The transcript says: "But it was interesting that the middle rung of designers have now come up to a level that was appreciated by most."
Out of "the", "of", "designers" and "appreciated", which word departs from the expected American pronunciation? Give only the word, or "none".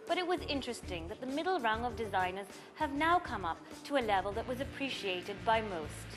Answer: none